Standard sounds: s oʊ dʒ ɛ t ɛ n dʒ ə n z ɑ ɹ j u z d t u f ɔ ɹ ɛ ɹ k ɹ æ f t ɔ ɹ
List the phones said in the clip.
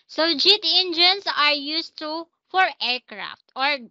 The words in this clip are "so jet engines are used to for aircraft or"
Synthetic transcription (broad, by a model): s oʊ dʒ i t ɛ n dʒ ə n s ɑ ɹ j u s t u f ɔ ɹ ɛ ɹ k ɹ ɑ f t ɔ ɹ